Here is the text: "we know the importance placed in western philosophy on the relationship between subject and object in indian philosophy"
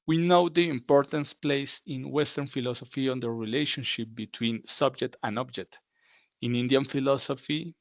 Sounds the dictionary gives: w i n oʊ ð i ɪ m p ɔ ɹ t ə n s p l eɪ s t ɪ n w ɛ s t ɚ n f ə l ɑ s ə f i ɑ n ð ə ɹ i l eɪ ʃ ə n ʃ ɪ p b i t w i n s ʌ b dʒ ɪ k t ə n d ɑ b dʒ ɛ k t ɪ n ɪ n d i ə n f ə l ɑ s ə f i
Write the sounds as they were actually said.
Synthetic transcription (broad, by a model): w i n oʊ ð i ɪ m p ɔ ɹ t ə n s p l eɪ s ɪ n w ɛ s t ɚ n f ə l ɑ s ə f i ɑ n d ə ɹ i l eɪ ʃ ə n ʃ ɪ p b i t w i n s ʌ b dʒ ɪ k t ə n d ɑ b dʒ ɛ k t ɪ n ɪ n d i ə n f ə l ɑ s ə f i